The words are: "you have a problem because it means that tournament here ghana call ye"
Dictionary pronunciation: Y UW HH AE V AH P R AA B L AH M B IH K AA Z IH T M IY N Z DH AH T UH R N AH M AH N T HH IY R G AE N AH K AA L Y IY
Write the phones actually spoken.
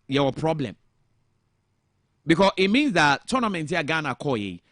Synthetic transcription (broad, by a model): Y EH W AH P R AA B L AH M B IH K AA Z IH T M IY N Z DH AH T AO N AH M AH N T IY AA G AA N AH K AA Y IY